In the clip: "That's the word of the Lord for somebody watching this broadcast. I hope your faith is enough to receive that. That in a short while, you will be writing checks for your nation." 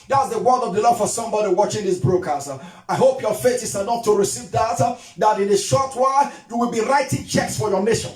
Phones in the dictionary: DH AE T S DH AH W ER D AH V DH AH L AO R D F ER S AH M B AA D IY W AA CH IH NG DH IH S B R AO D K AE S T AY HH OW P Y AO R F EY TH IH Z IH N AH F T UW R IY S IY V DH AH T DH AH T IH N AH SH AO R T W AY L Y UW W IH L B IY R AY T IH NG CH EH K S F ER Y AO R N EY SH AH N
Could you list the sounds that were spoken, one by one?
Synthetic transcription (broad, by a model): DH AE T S DH AH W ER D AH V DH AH L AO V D F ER S AH M B AA D IY W AA CH IH NG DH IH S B R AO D K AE S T AY HH OW P Y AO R F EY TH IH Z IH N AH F T UW R IY S IY V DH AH T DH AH T IH N AH SH AO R T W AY Y UW W IH L B IY R AY T IH NG CH EH K S F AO Y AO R N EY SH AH N